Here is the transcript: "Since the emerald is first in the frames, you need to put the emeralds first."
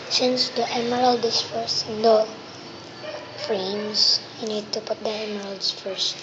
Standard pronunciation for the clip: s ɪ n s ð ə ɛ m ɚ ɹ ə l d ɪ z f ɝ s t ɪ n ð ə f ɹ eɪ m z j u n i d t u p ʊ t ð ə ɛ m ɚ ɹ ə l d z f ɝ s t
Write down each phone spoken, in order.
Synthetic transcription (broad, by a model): s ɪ n s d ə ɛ m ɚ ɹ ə l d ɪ s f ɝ s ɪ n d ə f ɹ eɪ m s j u n i d t u p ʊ t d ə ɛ m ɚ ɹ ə l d s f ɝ s